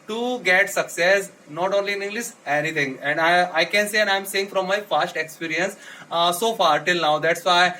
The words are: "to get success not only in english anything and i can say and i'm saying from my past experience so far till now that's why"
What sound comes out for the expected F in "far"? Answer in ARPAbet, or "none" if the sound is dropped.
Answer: F